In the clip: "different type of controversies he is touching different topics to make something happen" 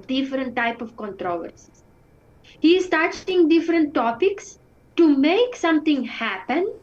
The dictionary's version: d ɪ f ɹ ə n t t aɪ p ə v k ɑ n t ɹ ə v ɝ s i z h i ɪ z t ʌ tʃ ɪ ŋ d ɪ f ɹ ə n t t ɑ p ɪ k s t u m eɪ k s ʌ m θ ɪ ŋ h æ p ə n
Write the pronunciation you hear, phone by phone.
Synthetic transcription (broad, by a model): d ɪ f ɹ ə n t t aɪ p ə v k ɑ n t ɹ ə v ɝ s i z h i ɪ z t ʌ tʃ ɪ ŋ d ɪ f ɹ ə n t t ɑ p ɪ k s t u m eɪ k s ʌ m t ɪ ŋ h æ p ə n